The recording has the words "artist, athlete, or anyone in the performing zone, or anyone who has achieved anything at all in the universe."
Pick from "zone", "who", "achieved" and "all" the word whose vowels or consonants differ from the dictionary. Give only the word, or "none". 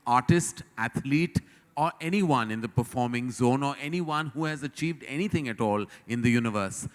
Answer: none